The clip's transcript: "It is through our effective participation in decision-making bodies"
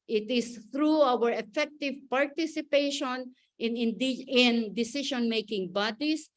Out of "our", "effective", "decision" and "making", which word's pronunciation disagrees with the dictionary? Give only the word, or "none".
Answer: decision